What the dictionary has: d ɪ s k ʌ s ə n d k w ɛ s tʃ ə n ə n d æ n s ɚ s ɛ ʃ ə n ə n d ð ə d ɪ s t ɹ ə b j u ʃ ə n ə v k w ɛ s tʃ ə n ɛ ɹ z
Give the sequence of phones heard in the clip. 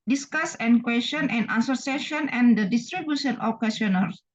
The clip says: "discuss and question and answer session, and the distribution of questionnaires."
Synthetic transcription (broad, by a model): d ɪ s k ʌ s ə n k w ɛ s tʃ ə n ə n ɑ s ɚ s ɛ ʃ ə n ə n d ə d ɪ s t ɹ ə b j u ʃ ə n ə f k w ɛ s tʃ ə n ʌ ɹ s